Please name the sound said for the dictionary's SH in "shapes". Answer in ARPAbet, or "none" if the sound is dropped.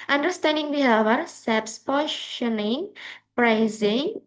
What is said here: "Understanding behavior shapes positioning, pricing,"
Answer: S